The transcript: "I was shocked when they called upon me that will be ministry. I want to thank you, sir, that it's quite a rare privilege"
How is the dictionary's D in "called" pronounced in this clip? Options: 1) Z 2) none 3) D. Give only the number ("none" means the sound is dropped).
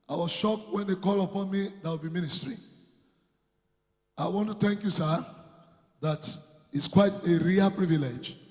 2